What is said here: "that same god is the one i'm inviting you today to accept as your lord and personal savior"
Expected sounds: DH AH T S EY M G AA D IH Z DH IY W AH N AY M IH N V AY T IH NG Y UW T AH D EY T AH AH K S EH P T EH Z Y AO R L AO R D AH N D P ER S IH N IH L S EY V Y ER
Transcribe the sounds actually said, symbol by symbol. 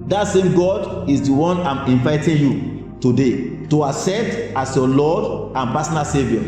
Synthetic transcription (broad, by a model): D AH T S EY M G AA D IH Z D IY W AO N AY M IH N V AY T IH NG Y UW T AH D EY T AH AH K S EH T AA S Y AO L AO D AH N P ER S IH N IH L S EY V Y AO